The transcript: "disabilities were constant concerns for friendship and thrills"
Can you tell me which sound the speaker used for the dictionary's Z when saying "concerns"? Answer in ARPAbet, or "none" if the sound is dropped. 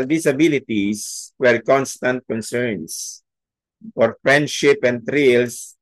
S